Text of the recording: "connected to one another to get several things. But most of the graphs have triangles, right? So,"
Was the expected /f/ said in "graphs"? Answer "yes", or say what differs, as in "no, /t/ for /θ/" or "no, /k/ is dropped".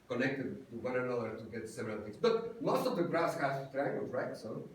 no, /f/ is dropped